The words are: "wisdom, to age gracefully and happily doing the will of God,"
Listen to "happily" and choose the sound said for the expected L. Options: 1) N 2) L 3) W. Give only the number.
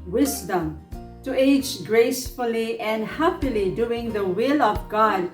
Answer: 2